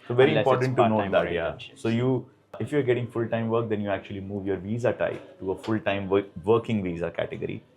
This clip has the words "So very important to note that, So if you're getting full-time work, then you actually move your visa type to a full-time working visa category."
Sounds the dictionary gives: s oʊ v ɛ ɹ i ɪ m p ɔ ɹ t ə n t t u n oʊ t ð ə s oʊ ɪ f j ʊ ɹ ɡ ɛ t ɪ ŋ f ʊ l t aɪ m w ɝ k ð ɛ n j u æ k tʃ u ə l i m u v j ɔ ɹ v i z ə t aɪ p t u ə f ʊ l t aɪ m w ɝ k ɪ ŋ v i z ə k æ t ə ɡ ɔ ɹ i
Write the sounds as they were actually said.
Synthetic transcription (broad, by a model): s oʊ v ɛ ɹ i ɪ p ɔ ɹ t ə n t t u n oʊ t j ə s oʊ ɪ f j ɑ ɹ ɡ ɛ t ɪ ŋ f ʊ l t aɪ m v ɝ k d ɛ n j u æ k tʃ u ə l i m u v j ɔ ɹ v i z ə t aɪ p t u ə f ʊ l t aɪ m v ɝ k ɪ ŋ v i z ə k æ t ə ɡ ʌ ɹ i